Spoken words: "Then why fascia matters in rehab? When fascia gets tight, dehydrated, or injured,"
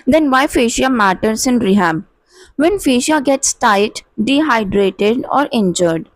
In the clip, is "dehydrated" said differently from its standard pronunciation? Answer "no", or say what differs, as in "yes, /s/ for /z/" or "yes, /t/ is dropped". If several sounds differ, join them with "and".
no